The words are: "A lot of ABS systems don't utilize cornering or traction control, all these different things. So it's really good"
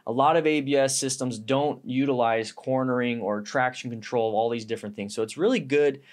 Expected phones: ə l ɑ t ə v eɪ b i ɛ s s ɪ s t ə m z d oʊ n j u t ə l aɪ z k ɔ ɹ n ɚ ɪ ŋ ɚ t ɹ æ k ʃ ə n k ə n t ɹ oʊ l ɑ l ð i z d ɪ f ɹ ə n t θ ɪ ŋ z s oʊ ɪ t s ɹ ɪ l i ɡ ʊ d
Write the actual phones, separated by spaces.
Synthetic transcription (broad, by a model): ə l ɑ t ə v eɪ b i ɛ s s ɪ s t ə m z d oʊ n j u t ə l aɪ z k ɔ ɹ n ɚ ɪ ŋ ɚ t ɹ æ k ʃ n k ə n t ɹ oʊ l ɑ l ð i z d ɪ f ɹ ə n θ ɪ ŋ z s oʊ ɪ t s ɹ ɪ l i ɡ ʊ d